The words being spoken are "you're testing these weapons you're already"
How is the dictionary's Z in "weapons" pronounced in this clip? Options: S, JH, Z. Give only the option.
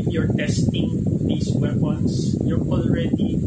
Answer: S